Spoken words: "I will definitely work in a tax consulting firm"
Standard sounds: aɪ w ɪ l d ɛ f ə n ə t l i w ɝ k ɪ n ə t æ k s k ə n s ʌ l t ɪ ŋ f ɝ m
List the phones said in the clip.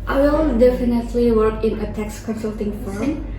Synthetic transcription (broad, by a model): aɪ w ɪ l d ɛ f ə n ə t l i w ɝ k ɪ n ə t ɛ k s k ə n s ʌ l t ɪ ŋ f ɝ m